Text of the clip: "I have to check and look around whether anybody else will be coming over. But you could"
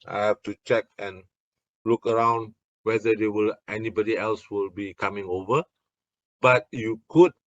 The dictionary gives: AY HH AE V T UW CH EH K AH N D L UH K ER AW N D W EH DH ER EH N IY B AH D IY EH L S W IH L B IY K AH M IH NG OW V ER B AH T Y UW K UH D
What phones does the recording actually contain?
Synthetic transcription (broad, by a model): AY HH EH F T UW CH EH K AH N L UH K ER AW N D W EH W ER EH N IY B AH D IY EH L S W IH L B IY K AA M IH NG OW V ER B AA T Y UW K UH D